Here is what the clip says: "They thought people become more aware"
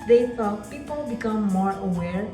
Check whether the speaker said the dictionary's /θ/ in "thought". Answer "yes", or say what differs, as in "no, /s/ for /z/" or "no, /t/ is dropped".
no, /s/ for /θ/